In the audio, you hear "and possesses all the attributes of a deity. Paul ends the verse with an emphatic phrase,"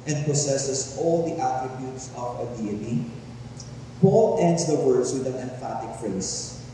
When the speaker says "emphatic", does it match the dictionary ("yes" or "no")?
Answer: yes